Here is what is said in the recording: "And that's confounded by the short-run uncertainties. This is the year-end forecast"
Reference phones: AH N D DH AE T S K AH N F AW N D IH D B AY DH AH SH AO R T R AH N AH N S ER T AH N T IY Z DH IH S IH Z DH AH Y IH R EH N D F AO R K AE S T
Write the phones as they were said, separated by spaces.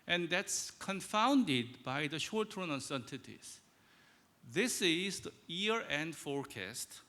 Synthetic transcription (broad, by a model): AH N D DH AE T S K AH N F AW N D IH D B AY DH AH SH AO R T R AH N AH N S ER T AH T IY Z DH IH S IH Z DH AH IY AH R EH N D F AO R K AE S T